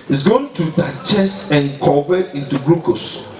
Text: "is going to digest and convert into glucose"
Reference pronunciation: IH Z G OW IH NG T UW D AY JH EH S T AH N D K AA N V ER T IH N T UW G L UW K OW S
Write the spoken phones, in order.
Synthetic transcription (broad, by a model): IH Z G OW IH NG T UW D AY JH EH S AH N K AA V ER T IH N T UW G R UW K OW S